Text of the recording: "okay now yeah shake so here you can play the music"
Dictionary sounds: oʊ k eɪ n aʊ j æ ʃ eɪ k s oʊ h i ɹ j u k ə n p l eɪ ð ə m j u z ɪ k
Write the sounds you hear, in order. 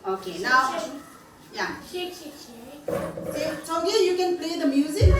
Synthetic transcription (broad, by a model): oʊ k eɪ n aʊ j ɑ s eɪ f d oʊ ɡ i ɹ j u k ə n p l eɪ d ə m j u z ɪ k